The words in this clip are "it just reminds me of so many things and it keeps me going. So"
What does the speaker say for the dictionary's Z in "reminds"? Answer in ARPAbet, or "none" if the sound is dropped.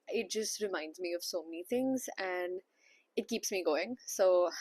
Z